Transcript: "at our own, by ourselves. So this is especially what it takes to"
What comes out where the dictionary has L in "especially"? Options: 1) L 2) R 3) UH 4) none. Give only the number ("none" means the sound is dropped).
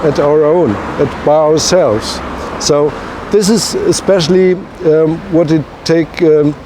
1